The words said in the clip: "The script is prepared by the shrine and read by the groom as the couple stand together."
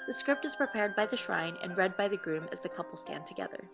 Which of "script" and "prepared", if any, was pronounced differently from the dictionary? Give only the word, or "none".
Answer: none